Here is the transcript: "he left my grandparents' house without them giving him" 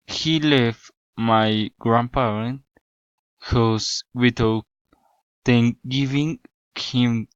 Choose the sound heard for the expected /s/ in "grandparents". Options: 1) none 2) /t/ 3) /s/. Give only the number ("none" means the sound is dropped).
1